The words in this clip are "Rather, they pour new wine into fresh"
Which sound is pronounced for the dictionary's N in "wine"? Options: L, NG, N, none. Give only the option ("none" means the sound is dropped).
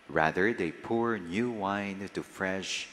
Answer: none